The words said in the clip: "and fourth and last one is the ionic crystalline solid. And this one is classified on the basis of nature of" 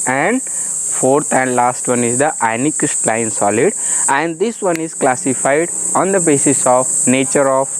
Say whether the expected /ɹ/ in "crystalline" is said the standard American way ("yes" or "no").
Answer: no